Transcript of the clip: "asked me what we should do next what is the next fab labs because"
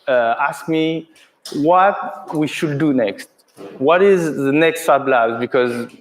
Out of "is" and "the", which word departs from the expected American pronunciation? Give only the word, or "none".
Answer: none